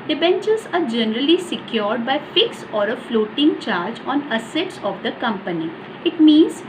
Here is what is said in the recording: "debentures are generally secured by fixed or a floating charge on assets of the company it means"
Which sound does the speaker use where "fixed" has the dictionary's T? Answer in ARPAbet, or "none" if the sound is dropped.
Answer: none